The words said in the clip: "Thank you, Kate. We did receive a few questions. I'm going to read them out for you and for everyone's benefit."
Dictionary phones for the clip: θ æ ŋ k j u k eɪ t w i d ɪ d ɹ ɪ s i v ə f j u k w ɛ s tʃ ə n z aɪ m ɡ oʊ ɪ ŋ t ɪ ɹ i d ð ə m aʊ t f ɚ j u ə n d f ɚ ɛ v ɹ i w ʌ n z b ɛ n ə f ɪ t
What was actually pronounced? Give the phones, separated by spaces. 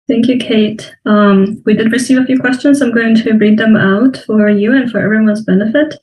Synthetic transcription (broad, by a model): θ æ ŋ k j u k eɪ t w i d ɪ d ɹ ɪ s i v ə f j u k w ɛ s tʃ ə n z aɪ m ɡ oʊ ɪ ŋ t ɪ ɹ i d ð ə m aʊ t f ɚ j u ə n f ɚ ɛ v ɹ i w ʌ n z b ɛ n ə f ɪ t